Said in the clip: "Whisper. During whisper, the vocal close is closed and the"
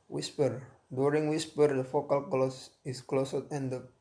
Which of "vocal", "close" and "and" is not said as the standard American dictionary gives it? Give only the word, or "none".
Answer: vocal